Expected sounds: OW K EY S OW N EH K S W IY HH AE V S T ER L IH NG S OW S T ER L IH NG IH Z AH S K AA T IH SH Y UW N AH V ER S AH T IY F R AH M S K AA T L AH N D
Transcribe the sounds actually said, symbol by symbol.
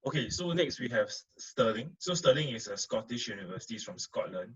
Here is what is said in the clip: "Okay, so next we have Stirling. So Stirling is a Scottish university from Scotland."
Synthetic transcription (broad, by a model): OW K EY S OW N EH K S W IY HH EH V S T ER L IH NG S OW S T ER L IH NG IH S AH S K AA T IH SH Y UW N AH V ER S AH T IY F R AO M S K AA T L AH N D